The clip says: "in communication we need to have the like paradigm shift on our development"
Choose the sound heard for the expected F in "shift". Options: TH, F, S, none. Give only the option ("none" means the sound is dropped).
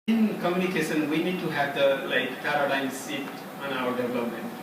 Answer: none